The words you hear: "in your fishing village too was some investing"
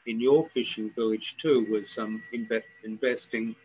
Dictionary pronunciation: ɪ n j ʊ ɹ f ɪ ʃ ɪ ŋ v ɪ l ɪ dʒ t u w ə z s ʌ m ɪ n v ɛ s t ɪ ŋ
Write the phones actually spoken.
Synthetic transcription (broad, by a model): ɪ n j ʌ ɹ f ɪ ʃ ɪ ŋ v ɪ l ɪ dʒ t u w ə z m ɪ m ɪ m v ɛ s t ɪ ŋ